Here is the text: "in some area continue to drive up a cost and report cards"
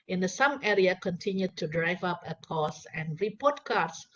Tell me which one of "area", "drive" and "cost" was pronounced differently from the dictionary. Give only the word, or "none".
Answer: cost